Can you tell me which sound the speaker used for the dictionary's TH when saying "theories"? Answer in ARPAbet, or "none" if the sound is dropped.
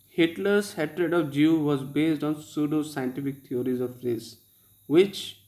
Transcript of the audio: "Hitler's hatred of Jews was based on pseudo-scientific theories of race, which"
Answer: T